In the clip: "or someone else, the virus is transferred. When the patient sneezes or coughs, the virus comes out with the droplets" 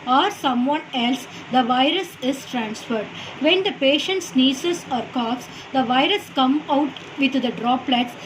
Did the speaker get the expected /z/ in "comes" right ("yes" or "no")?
no